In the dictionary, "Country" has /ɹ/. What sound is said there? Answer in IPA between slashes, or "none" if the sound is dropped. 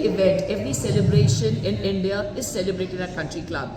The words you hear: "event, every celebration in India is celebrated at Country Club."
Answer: /ɹ/